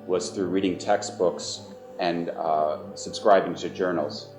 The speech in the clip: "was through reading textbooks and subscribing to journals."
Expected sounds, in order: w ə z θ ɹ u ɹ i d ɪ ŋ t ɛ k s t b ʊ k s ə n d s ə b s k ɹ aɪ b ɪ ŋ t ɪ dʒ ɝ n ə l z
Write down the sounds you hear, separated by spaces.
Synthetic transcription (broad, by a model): w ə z θ ɹ u ɹ i d ɪ ŋ t ɛ k s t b ʊ k s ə n s ə b s k ɹ aɪ b ɪ ŋ t ɪ dʒ ɝ n l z